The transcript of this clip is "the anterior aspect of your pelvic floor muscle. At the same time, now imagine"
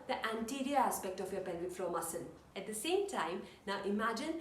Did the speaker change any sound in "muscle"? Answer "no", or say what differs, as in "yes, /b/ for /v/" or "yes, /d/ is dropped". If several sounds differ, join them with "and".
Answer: yes, /n/ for /l/